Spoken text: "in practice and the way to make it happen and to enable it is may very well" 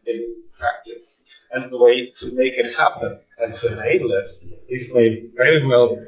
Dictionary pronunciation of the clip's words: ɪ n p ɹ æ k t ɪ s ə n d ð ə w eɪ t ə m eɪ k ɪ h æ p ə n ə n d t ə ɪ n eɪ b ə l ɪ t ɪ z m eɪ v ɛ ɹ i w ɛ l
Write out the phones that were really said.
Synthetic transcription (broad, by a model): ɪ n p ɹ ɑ k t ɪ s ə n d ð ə w eɪ t ə m eɪ k ɪ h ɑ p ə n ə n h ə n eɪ ə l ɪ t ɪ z m eɪ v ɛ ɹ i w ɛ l